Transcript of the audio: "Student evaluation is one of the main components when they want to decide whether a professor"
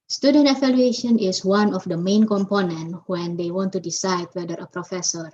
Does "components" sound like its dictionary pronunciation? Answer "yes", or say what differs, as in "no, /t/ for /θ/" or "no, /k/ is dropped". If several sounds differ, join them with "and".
no, /s/ is dropped